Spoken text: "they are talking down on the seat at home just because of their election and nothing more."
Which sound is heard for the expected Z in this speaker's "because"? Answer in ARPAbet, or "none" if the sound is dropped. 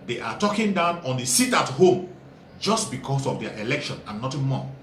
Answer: S